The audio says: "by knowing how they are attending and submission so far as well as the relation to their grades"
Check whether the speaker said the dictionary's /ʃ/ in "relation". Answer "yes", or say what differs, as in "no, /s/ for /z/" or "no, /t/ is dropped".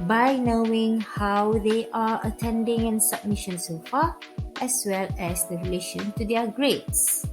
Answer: yes